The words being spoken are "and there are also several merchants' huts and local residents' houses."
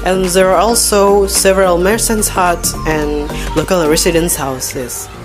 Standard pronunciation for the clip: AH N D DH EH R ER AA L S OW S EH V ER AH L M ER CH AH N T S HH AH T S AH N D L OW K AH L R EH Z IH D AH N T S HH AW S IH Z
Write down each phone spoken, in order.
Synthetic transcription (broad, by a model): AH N DH EH R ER AA L S OW S EH V ER AH L M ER S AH N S HH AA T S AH N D L OW K AH L R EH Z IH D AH N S HH AW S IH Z